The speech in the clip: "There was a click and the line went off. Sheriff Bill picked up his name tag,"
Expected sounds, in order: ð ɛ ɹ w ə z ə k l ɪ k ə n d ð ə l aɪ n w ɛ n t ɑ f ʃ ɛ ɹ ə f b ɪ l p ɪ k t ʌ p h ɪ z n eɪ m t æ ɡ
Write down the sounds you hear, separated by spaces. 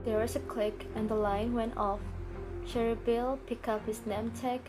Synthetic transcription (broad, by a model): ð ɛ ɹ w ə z ə k l ɪ k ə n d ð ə l aɪ n w ɛ n t ɑ f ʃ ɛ ɹ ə b ɪ l p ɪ k ʌ p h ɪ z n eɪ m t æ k